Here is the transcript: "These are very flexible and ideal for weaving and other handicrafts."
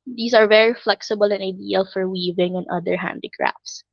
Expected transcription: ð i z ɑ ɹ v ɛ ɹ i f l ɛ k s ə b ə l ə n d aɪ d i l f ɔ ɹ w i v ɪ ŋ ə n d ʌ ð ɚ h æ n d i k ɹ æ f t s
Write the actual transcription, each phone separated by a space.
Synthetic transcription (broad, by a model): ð i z ɑ ɹ v ɛ ɹ i f l ɛ k s ə b ə l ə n aɪ d i l f ɔ ɹ w i v ɪ ŋ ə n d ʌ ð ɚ h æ n d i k ɹ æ f t s